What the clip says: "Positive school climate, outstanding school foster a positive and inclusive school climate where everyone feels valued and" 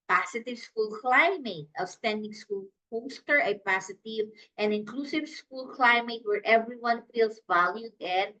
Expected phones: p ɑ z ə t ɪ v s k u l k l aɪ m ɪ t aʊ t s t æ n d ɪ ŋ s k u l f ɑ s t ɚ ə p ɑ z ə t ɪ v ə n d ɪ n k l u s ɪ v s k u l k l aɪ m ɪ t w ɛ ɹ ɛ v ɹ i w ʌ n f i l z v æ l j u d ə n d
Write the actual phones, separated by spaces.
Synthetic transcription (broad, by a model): p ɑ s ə t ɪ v s k u l k l aɪ m ɪ t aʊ s t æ n d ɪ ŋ s k u l p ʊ s t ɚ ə p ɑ s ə t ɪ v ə n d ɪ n k l u s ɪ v s k u l k l aɪ m ɪ t w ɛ ɹ ɛ v ɹ i w ʌ n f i l s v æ l j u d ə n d